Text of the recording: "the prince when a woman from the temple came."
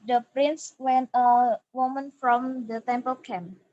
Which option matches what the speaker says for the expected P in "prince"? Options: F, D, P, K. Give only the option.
P